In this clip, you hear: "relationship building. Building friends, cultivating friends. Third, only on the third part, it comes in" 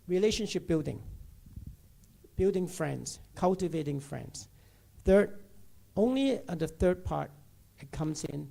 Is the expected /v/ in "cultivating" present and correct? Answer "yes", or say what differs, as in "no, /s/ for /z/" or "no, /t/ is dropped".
yes